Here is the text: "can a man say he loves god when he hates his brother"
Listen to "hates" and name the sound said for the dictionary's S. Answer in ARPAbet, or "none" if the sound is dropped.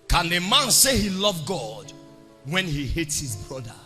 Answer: S